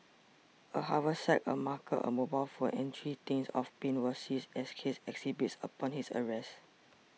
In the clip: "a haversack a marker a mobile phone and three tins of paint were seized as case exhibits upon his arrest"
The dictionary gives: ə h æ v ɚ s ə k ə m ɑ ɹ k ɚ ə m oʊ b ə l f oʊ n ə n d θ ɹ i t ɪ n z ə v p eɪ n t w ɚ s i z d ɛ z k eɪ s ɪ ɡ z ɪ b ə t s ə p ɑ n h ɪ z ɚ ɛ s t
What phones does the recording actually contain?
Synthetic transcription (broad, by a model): ə h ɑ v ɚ s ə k ə m ɑ k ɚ ə m oʊ b ə l f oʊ ə n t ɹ i t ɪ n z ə f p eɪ n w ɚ s i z ɛ s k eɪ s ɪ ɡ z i b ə t s ə p ɑ n h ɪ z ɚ ɛ s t